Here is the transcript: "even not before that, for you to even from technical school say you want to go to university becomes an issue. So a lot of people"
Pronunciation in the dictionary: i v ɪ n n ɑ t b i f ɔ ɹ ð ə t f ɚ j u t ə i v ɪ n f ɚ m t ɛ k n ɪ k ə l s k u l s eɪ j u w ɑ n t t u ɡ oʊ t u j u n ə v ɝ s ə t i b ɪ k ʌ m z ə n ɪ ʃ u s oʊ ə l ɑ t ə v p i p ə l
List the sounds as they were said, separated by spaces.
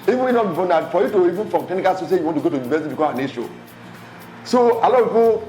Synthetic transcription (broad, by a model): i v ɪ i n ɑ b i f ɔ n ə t f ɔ j u t ə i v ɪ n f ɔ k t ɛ n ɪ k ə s u s eɪ j u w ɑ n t t u ɡ oʊ t u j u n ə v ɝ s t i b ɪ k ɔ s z ə n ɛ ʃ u s oʊ ə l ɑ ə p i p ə